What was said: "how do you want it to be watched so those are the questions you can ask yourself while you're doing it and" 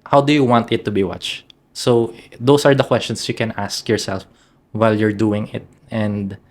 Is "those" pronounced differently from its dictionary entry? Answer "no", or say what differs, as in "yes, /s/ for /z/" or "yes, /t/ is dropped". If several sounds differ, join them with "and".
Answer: yes, /s/ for /z/